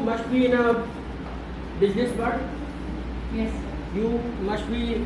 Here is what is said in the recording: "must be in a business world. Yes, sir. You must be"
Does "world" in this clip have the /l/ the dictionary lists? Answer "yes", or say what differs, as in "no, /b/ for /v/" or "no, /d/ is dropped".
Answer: no, /l/ is dropped